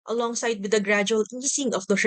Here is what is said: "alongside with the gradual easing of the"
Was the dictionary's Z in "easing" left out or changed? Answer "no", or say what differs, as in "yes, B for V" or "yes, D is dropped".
yes, S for Z